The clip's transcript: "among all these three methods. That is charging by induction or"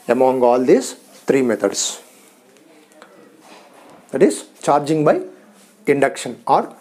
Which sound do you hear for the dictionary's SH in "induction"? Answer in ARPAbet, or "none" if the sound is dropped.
SH